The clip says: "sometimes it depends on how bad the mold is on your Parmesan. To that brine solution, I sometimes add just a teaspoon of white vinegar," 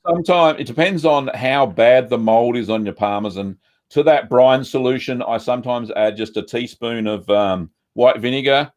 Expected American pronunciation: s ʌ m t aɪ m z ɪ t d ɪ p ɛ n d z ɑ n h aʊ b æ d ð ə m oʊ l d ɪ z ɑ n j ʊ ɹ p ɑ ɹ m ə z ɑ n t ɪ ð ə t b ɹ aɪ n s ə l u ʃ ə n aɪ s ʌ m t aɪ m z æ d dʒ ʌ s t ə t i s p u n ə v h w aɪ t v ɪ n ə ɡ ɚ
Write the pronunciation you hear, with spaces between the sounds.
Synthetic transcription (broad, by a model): s ʌ m t aɪ m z ɪ t d ɪ p ɛ n d z n h aʊ b æ d ð ə m oʊ l d ɪ z n j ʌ ɹ p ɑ ɹ m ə z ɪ n t ɪ ð ə t b ɹ aɪ n s ə l u ʃ ə n aɪ s ʌ m t aɪ m z æ d dʒ ʌ s t ə t i s p u n ə v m w aɪ t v ɪ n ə ɡ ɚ